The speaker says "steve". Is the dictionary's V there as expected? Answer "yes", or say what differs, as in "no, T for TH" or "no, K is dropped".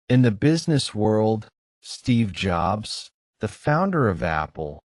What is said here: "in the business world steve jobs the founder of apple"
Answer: yes